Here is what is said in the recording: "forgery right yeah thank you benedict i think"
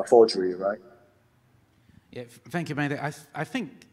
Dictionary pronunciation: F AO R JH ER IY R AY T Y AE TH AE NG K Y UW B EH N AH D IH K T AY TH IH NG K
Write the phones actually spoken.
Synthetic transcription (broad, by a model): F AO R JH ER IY R AY T Y AE TH AE NG K Y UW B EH AH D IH T AY TH IH NG K